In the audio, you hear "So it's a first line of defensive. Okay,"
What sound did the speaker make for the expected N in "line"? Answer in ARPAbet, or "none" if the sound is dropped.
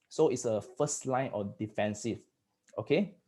N